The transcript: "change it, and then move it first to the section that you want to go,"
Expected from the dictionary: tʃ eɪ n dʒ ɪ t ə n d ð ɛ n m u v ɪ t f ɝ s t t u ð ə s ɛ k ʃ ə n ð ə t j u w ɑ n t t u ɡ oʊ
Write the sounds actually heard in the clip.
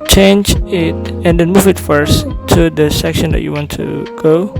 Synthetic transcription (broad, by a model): tʃ eɪ n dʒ ɪ t ə n d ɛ n m u v ɪ t f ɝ s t t u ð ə s ɛ k ʃ ə n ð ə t j u w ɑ n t t u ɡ oʊ